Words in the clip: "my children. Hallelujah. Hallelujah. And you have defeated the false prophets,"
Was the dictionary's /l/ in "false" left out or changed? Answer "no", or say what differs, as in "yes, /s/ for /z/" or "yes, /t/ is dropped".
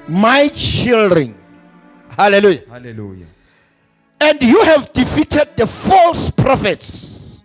no